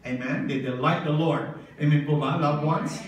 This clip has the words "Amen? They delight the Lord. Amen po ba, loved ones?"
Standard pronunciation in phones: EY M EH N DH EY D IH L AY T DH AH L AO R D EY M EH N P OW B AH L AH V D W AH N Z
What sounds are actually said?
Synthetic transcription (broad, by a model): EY M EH N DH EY D IH L AY T DH AH L AO R D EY M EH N B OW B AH L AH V W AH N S